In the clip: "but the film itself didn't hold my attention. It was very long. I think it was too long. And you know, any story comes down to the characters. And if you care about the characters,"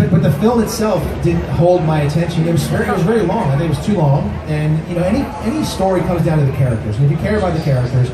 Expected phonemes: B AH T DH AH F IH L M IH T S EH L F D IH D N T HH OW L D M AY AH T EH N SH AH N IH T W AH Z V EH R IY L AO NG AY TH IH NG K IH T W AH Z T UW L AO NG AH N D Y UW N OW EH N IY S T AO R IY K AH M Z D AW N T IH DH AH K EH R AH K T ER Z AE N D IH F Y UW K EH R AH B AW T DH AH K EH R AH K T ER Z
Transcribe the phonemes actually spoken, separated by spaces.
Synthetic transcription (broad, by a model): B AH T DH AH F IH L M IH T S EH L F D IH D N T HH OW L D M AY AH T EH N SH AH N IH T W AH Z V EH R IY L AO NG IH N IH T W AH Z T UW L AO NG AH N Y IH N OW EH N IY S T AO R IY K AH M Z D AW N T IH DH AH K EH R AH K T ER Z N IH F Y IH K EH R AH B AW T DH AH K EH R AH K T ER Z